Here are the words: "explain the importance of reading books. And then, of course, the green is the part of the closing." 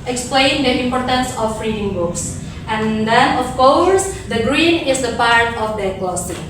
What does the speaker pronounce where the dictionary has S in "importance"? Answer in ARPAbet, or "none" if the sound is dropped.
S